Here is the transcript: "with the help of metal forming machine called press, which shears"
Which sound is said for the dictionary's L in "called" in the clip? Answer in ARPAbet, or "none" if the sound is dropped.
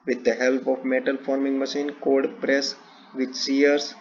none